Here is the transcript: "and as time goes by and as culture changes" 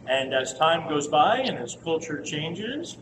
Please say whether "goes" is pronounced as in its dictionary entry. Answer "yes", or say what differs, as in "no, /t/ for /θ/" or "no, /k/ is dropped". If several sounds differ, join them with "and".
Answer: yes